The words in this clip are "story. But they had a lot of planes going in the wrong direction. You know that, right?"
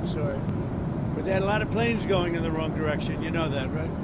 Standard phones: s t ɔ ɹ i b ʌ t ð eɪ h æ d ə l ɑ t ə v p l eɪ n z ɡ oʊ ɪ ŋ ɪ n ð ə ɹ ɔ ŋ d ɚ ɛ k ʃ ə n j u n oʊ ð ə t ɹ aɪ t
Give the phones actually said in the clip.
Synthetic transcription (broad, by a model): s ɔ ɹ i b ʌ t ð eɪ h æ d ə l ɑ t ə v p l eɪ n z ɡ oʊ ɪ ŋ ɪ n ð ə ɹ ɔ ŋ d ɚ ɛ k ʃ ə n j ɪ n oʊ ð ə t ɹ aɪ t